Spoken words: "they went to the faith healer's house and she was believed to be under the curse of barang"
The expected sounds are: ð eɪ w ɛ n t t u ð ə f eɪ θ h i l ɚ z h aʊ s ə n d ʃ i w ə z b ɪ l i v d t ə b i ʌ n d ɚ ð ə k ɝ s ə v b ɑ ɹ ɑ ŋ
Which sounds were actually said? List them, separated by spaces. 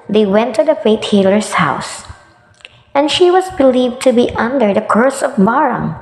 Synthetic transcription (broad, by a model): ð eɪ w ɛ n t t u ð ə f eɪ t h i l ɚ s h aʊ s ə n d ʃ i w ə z b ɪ l i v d t ə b i ʌ n d ɚ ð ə k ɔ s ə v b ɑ ɹ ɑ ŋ